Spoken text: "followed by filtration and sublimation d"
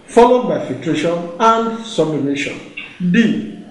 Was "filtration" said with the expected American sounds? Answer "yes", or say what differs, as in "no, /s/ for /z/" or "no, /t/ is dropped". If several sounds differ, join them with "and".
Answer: yes